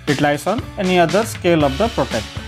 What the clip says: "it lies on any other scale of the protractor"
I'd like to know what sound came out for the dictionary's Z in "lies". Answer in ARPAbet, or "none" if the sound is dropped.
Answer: S